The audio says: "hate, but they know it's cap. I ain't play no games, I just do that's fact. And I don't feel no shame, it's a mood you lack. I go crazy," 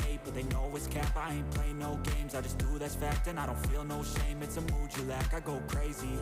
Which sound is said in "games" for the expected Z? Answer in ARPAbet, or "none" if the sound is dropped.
Z